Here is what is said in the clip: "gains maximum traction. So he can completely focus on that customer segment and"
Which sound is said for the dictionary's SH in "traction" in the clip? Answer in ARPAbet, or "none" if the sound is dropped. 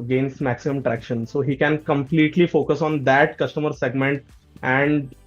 SH